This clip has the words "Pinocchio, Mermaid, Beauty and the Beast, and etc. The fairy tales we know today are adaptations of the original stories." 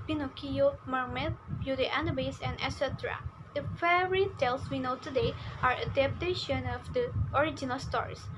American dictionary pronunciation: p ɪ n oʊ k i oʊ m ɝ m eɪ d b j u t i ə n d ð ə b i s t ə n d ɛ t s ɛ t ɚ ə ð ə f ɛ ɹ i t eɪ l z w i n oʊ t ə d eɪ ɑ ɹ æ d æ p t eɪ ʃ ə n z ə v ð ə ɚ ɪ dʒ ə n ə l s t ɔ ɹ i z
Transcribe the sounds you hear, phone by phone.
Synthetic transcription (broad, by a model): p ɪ n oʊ k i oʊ m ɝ m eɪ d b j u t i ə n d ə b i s ə n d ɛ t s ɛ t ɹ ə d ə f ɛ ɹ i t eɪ l s w i n oʊ t ə d eɪ ɑ ɹ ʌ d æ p t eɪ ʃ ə n ə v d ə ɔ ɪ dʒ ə n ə l s t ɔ ɹ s